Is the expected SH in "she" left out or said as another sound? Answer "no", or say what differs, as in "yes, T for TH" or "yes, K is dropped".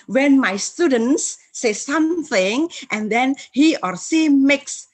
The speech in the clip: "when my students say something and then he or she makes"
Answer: yes, S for SH